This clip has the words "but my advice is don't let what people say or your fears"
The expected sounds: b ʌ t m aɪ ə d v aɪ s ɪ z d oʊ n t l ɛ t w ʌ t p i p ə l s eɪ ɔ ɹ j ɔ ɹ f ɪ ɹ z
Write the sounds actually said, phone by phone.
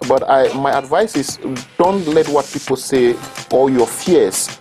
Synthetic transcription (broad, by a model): b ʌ t m aɪ ə d v aɪ s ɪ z d oʊ n t l ɛ t w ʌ t p i p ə l s eɪ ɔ l j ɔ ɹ f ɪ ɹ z